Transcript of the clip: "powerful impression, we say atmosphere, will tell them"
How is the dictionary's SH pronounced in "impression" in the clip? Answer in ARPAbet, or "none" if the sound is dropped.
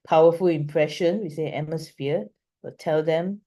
SH